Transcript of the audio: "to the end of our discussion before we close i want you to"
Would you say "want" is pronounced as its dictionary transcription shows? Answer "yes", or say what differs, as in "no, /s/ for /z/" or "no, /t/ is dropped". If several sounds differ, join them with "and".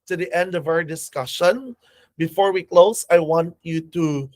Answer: yes